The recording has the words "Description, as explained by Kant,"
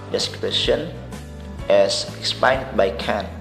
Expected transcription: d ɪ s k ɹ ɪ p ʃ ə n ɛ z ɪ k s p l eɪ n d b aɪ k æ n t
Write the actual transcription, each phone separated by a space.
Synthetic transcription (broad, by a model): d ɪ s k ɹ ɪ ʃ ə n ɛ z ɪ k s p eɪ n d b aɪ k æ n